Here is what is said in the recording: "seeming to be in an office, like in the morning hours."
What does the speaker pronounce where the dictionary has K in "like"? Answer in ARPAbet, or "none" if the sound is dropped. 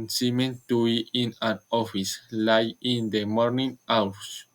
none